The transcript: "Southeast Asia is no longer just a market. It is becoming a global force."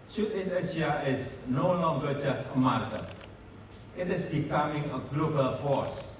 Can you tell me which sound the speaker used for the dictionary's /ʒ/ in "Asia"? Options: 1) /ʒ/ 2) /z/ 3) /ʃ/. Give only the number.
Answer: 3